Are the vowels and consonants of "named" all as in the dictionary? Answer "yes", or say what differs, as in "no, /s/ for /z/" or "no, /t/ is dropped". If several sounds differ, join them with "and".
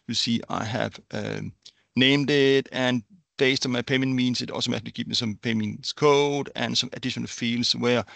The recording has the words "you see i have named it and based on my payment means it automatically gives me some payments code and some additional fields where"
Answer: yes